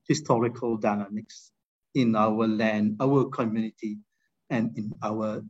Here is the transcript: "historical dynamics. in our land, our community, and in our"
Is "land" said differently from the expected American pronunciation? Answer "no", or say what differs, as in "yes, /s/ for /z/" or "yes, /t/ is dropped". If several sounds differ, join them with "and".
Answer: no